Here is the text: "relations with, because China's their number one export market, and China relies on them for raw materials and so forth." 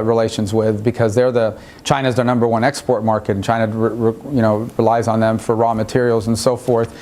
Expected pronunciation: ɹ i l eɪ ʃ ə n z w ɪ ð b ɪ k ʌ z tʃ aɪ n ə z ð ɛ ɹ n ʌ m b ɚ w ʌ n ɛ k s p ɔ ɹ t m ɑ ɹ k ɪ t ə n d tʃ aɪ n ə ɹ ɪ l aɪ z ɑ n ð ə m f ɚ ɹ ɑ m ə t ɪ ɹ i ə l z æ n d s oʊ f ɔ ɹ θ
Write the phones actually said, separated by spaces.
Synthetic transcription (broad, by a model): ɹ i l eɪ ʃ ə n z w ɪ ð b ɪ k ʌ z tʃ aɪ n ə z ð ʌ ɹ n ʌ m b ɚ w ʌ n ɛ k s p ɔ ɹ t m ɑ ɹ k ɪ t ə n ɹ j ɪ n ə ɹ ɪ l aɪ z n ð ə m f ɚ ɹ ɑ m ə t ɪ ɹ i l z n s oʊ f ɔ ɹ θ